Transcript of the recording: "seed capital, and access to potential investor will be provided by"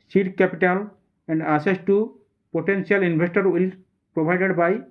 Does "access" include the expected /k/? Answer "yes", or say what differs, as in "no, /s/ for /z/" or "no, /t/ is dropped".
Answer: no, /k/ is dropped